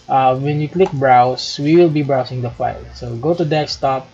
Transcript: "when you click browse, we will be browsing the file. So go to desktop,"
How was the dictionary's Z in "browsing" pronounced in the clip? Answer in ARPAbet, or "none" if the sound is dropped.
S